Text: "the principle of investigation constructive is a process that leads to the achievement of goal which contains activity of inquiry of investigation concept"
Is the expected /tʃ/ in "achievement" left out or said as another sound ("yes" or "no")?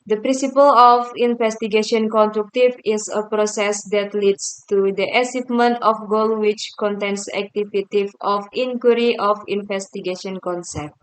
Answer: yes